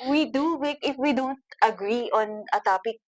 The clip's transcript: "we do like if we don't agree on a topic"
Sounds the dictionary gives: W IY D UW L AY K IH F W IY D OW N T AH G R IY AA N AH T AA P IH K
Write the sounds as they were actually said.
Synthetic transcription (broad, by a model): W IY D UW W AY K IH F W IY D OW N T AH G R IY AA N AH T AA P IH K